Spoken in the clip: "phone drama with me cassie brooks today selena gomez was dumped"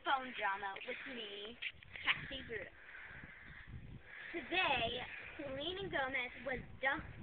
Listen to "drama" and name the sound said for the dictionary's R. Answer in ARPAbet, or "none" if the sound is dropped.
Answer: R